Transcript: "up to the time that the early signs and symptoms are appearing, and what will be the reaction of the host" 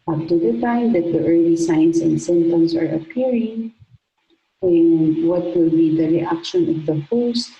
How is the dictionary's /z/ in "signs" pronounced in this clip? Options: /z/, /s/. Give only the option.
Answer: /s/